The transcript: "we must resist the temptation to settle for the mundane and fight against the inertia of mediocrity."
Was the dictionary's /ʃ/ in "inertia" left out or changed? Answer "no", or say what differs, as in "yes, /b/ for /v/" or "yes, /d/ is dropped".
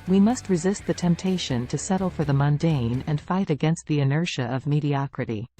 no